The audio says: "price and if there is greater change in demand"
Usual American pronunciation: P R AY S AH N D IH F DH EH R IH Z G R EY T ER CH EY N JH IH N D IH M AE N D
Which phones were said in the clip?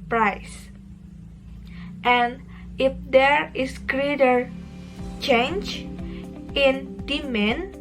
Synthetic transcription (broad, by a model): P R AY S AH N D IH F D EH R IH S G R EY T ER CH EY N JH IH N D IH M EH N